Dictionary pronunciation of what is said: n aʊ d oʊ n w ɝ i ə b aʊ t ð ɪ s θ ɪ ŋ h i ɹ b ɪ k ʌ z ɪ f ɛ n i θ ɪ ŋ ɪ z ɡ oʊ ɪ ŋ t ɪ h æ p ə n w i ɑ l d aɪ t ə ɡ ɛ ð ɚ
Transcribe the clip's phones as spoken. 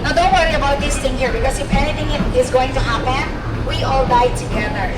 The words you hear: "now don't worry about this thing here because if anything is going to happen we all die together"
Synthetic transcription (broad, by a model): n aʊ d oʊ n w ɝ i ə b aʊ t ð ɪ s θ ɪ ŋ h i ɹ b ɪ k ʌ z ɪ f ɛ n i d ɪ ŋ ɪ z ɡ oʊ ɪ ŋ t ɪ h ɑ b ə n w i ɑ l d aɪ t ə ɡ ɛ ð ɚ